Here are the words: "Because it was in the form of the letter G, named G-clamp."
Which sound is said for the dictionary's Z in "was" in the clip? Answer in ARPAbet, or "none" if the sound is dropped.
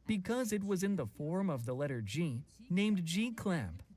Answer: Z